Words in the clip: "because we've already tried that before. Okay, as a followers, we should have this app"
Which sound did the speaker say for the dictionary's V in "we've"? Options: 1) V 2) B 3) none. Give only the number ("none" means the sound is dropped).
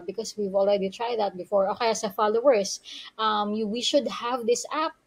1